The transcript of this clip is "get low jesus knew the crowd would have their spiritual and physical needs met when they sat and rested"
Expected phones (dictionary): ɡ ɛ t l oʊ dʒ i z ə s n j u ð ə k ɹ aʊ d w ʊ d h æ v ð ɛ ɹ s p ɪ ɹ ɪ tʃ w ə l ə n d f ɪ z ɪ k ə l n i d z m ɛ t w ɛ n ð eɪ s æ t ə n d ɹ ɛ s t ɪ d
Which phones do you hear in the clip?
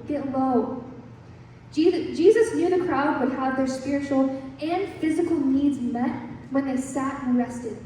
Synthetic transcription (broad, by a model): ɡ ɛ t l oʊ dʒ i z ə s n j u ð ə k ɹ aʊ d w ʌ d h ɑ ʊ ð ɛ ɹ s p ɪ ɹ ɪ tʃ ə l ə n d f ɪ z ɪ k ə l n i d z m ɛ t w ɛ n ð eɪ s æ t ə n ɹ ɛ s t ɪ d